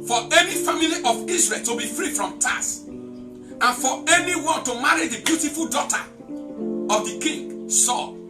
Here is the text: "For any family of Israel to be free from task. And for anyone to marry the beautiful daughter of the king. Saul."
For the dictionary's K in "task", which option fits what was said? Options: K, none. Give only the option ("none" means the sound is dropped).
none